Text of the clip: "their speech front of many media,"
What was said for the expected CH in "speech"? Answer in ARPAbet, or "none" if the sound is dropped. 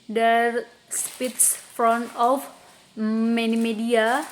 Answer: S